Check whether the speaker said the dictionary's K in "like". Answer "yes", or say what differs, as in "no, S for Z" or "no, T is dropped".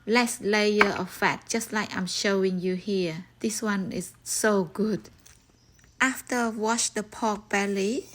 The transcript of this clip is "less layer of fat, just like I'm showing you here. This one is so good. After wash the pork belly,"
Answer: yes